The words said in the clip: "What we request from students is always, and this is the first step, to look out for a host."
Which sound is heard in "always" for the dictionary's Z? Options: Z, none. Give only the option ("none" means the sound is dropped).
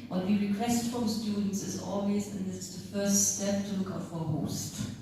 none